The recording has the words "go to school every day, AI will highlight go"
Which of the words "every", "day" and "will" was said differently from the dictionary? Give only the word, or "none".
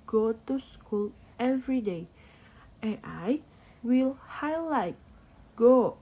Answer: none